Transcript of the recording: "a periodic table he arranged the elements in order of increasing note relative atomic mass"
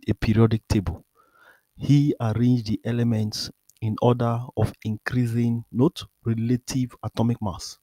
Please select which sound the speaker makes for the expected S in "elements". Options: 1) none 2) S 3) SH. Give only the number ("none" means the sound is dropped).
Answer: 2